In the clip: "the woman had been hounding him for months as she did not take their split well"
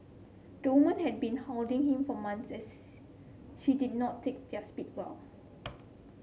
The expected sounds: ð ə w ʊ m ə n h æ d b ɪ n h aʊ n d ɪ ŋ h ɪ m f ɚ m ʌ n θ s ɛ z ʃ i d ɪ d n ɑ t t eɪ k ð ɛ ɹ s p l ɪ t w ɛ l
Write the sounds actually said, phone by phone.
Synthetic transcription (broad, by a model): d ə w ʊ m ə n h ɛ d b ɪ n h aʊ l d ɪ ŋ h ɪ m f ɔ m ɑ n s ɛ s ʃ i d ɪ d n ɑ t t eɪ k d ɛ s p i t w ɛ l